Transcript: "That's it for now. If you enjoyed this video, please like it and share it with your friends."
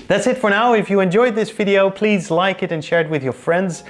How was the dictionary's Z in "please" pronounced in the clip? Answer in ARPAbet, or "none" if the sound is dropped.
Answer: Z